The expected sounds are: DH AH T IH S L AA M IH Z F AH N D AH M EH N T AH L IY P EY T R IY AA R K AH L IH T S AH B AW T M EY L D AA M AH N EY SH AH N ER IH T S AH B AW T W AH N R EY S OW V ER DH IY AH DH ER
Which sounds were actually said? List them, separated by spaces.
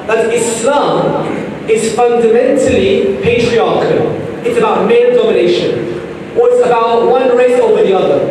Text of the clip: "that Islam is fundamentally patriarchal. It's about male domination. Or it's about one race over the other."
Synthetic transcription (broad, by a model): DH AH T IH S L AA M IH Z F AH N D AH M EH N T AH L IY P EY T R IY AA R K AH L IH T S AH B AW T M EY N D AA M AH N EY SH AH N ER IH T S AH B AW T W AH N R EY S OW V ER DH IY AH DH ER